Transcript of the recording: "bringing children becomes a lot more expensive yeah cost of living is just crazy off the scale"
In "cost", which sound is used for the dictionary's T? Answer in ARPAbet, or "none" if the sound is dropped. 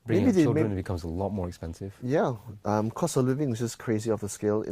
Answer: none